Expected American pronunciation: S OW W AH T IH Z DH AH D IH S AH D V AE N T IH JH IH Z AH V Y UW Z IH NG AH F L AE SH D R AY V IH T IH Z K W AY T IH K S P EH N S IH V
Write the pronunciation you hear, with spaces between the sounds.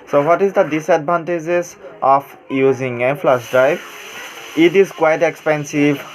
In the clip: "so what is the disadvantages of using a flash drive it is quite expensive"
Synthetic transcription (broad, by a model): S OW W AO T IH Z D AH D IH S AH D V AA N T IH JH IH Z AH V Y UW Z IH NG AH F L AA S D R AY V IH T IH Z K W AY T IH K S P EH N S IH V